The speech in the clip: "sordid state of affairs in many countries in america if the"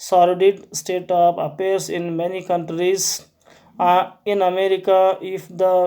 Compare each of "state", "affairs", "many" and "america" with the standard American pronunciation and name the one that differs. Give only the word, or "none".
affairs